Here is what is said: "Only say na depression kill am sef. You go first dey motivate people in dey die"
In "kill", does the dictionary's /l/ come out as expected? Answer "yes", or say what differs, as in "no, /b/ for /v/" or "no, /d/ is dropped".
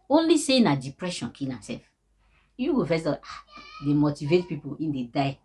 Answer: no, /n/ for /l/